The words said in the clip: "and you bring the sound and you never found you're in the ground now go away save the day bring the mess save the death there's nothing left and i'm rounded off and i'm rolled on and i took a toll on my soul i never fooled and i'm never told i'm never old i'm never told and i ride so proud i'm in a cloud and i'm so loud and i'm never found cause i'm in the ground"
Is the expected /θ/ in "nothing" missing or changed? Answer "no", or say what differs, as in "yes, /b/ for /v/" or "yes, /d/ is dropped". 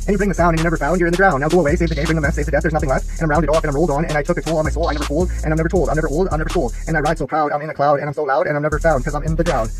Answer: no